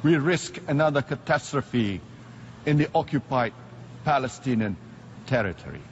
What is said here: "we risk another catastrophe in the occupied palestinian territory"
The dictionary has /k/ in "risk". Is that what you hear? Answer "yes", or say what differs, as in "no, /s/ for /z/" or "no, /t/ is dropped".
yes